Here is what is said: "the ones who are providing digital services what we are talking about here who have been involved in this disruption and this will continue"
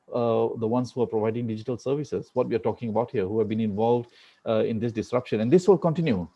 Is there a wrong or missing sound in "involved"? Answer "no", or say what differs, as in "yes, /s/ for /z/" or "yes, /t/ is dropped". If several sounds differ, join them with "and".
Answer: no